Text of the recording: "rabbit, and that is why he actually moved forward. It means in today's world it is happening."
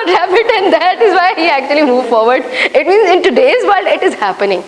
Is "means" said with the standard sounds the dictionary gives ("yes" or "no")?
yes